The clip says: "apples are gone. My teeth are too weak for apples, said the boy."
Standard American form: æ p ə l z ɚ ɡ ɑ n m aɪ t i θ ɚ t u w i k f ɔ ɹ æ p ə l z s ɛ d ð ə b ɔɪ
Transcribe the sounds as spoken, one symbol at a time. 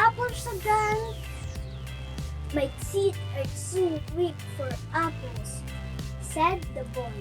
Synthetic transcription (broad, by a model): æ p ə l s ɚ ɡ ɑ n m aɪ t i t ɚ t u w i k f ɔ ɹ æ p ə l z s ɛ d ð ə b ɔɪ